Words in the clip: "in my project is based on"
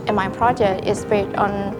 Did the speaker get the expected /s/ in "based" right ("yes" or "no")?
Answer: no